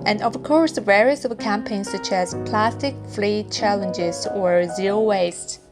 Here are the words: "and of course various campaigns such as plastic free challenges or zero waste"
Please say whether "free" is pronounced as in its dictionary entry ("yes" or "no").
no